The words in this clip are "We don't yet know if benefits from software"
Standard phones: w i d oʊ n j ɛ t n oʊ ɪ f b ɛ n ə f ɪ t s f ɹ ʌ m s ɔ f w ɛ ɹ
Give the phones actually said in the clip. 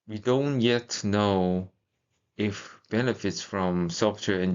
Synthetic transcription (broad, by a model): w i d oʊ n j ɛ t n oʊ ɪ f b ɛ n ə f ɪ t s f ɹ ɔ m s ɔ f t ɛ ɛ